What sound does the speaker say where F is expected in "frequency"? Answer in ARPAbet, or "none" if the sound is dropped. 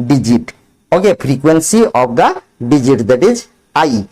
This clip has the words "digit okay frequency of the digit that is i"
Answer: P